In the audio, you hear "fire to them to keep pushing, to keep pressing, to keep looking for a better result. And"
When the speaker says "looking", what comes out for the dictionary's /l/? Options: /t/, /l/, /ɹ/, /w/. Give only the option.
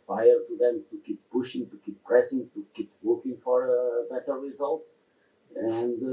/w/